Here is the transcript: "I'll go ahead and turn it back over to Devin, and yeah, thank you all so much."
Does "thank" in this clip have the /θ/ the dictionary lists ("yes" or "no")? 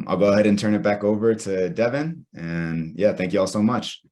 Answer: yes